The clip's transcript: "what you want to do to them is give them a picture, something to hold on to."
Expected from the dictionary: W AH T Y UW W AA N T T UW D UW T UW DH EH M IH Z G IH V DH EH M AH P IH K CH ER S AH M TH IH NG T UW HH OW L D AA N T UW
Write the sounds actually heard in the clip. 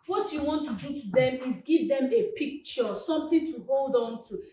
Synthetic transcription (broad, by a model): W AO T Y UW W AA N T T UW D UW T UW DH EH M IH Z G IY V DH EH M AH P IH K CH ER S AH M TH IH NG T UW HH OW L D AA N T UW